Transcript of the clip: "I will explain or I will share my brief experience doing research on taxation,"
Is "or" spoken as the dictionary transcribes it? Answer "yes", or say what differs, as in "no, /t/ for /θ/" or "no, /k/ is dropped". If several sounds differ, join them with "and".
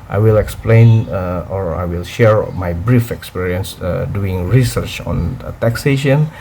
yes